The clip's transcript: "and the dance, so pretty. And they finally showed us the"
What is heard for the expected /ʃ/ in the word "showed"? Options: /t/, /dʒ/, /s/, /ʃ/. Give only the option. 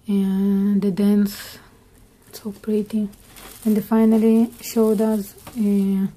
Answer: /ʃ/